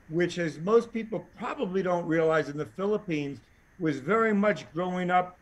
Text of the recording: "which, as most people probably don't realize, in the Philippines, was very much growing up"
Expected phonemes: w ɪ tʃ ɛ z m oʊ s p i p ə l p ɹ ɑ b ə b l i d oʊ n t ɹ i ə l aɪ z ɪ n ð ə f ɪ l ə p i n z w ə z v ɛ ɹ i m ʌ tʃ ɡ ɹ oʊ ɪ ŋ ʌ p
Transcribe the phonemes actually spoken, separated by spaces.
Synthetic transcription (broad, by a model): w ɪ tʃ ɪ z m oʊ s p i p l p ɹ ɑ b ə b l i d oʊ n t ɹ i ə l aɪ z ɪ n ð ə f ɪ l ə p i n z w ə z v ɛ ɹ i m ʌ tʃ ɡ ɹ oʊ ɪ ŋ ʌ p